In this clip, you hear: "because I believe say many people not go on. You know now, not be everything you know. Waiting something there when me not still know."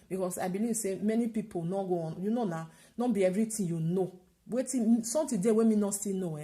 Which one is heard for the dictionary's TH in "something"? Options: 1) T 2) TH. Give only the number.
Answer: 1